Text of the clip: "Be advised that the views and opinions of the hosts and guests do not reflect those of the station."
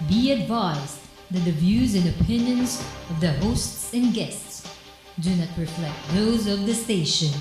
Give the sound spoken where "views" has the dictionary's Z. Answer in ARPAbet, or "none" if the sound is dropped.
Z